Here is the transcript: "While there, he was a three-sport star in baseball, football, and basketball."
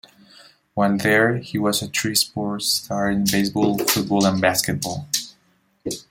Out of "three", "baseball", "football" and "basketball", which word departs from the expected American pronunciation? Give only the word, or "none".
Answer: three